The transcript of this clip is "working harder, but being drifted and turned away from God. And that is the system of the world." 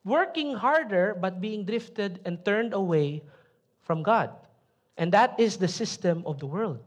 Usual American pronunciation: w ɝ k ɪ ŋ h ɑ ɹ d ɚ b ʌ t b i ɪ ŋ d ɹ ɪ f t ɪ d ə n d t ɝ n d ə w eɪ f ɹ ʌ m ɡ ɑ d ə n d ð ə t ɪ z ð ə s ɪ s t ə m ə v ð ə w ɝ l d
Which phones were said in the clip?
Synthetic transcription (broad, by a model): w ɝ k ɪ ŋ h ɑ ɹ d ɚ b ʌ t b i ɪ ŋ d ɹ ɪ f t ɪ d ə n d t ɝ n d ə w eɪ f ɹ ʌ m ɡ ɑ d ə n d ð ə t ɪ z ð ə s ɪ s t ə m ə v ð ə w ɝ l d